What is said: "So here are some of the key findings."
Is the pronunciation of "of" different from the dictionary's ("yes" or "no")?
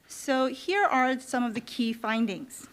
no